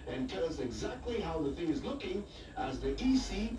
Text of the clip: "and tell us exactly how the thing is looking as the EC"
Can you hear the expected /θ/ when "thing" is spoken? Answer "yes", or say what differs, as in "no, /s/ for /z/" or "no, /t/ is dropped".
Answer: yes